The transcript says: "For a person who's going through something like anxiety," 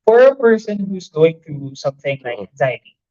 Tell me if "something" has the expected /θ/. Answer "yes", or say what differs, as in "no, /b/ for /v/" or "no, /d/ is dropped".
yes